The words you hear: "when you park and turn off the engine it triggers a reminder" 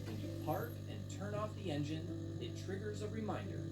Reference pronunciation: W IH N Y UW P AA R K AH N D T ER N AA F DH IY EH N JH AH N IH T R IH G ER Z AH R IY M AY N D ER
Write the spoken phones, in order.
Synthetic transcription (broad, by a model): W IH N Y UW P AA R K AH N T ER N AA F DH IY EH N JH AH N IH T R IH G ER Z AH R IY M AY N D ER